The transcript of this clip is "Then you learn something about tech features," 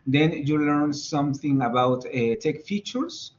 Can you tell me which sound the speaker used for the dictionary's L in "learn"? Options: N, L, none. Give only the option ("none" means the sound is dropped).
L